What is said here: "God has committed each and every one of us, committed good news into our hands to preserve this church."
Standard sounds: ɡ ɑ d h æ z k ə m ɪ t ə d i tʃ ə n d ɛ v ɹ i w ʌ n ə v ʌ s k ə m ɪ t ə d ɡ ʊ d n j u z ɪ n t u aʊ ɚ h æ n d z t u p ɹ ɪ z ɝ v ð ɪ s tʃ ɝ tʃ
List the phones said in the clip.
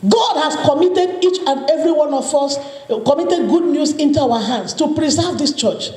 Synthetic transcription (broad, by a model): ɡ ɑ d h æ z k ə m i t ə d i tʃ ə n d ɛ v ɹ i w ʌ n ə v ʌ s k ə m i t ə d ɡ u d n j u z ɪ n t u aʊ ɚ h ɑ n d s t u p ɹ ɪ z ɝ v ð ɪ s tʃ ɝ tʃ